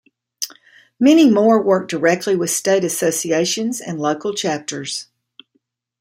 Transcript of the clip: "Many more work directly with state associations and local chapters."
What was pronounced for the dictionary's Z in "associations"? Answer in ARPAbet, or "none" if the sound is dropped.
Z